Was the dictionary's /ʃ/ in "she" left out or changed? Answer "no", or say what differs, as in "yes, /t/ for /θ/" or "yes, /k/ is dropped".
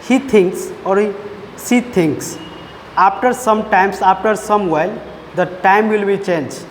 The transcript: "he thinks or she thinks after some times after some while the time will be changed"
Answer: yes, /s/ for /ʃ/